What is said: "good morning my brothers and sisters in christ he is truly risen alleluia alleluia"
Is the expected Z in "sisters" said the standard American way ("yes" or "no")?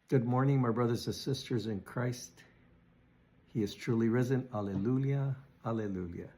yes